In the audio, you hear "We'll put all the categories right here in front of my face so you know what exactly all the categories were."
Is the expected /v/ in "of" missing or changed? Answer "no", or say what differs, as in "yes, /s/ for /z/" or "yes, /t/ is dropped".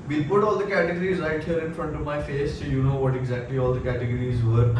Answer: no